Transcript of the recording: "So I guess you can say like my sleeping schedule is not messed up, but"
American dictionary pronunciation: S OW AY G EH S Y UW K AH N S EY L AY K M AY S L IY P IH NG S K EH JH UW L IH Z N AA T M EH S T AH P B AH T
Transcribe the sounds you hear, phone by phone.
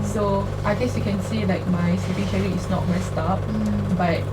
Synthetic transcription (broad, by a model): S OW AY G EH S Y UW K AH N S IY L AY K M AY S IY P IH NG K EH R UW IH S N AA T M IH S T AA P B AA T